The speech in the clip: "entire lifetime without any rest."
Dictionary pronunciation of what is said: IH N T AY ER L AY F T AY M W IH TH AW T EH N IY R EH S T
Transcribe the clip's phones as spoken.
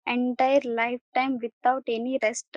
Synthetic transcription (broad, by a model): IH N T AY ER L AY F T AY M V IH T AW T EH N IY R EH S T